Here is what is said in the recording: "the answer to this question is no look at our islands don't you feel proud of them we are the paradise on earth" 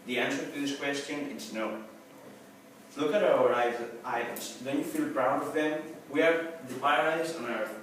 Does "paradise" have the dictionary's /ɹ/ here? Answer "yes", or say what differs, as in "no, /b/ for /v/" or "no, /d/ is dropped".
no, /ɹ/ is dropped